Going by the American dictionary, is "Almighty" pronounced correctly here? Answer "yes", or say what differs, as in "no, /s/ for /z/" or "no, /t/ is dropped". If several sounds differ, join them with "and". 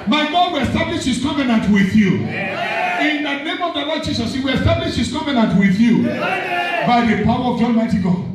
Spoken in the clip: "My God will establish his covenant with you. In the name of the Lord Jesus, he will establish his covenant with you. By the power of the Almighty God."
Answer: no, /n/ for /l/